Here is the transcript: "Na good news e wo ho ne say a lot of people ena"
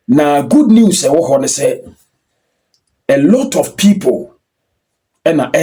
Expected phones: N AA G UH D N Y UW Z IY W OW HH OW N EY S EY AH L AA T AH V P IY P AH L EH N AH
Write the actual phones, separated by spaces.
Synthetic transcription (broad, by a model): N AA G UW D N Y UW S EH W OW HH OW N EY S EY AH L AA T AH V P IY P AH L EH N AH